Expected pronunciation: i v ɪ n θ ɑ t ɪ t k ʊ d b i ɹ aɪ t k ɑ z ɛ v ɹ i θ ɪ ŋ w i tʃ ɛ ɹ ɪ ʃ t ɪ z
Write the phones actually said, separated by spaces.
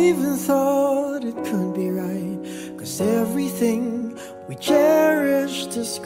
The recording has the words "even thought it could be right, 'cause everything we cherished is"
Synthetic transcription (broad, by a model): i v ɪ n θ ɑ t ɪ t k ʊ d b i ɹ aɪ t k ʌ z ɛ v ɹ i θ ɪ ŋ w i tʃ ɛ ɹ ɪ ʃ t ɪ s